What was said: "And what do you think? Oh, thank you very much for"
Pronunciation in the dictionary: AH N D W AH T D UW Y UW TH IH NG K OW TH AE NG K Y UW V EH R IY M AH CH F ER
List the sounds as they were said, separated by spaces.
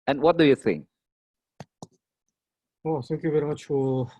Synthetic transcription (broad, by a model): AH N W AH T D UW Y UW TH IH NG OW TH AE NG K Y UW V EH R IY M AH CH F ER